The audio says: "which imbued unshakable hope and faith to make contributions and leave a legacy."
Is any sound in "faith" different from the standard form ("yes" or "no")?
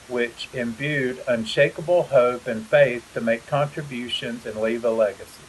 no